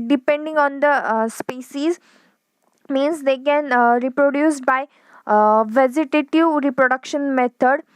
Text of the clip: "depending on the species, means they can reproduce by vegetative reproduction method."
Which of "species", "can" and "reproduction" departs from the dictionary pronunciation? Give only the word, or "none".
species